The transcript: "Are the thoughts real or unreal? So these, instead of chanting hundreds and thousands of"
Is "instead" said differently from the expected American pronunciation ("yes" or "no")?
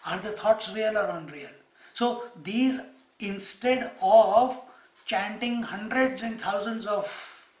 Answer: no